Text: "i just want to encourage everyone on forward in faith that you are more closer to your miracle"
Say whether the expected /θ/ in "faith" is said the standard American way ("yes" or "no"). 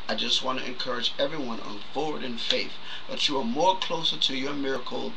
yes